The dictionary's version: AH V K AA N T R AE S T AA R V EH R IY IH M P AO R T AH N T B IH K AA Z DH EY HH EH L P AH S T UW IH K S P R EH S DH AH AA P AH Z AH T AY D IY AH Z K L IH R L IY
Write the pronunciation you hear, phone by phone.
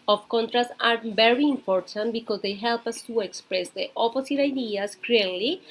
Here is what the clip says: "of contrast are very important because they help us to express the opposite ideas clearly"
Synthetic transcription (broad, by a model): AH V K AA N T R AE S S AA R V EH R IY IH M P AO R T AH N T B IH K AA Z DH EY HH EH L P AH S T UW IH K S P R EH S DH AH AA P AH S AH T AY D IY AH S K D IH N L IY